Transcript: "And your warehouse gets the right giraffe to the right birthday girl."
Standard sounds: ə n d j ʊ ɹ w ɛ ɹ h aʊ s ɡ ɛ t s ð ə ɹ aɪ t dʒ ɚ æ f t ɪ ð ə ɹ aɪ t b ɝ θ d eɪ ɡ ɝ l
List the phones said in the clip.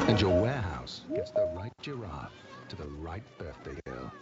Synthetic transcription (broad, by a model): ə n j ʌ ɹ w ɛ ɹ h aʊ s ɡ ɛ t s ð ə ɹ aɪ t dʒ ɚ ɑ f t ɪ ð ə ɹ aɪ t b ɝ θ d eɪ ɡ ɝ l